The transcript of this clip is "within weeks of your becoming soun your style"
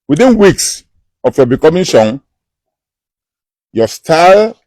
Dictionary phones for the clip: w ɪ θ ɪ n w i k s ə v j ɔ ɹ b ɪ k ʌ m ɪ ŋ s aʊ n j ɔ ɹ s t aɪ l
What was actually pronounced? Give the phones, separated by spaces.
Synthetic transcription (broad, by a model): w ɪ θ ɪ n w i k s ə f j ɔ b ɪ k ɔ m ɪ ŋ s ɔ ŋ j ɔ s t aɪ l